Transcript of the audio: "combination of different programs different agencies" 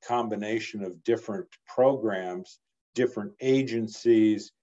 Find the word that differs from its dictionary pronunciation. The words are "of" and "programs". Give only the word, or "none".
none